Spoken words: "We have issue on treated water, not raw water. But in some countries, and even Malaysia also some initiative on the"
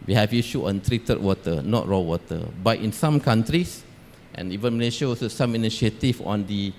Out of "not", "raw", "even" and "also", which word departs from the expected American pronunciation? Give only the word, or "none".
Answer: also